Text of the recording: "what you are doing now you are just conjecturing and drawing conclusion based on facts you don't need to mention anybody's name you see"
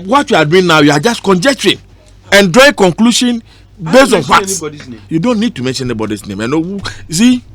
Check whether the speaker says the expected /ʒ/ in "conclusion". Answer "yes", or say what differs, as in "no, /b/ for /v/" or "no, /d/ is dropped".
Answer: no, /ʃ/ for /ʒ/